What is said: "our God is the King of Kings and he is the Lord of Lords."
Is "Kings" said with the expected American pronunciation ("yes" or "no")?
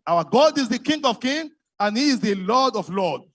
no